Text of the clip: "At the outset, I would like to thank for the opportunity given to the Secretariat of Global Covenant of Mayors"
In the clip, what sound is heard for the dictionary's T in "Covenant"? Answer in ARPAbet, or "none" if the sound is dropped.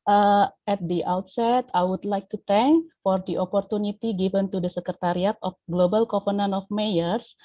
none